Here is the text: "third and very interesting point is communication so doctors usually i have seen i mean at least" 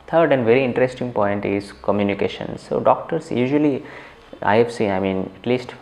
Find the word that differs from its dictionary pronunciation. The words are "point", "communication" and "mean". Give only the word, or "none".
none